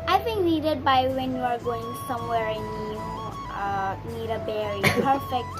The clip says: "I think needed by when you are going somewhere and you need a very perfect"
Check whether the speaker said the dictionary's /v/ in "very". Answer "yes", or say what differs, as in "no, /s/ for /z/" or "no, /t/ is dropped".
no, /b/ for /v/